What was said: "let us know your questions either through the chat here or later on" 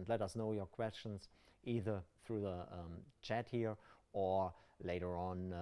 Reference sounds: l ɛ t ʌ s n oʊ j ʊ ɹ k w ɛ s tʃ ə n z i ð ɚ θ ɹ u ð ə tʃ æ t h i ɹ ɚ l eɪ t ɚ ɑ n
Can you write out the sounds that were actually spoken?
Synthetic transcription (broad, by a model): l ɛ t ʌ s n oʊ j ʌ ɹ k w ɛ s tʃ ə n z i ð ɚ θ ɹ u ð ə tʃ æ t h i ɹ ɚ l eɪ t ɚ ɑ n